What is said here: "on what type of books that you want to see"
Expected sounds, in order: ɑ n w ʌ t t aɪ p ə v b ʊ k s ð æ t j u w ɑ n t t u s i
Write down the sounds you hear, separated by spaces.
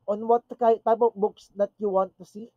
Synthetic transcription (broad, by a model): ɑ n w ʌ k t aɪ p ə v b ʊ k s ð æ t j u w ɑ n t t u s i